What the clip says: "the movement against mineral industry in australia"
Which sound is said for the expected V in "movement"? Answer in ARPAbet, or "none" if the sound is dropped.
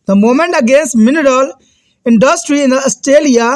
none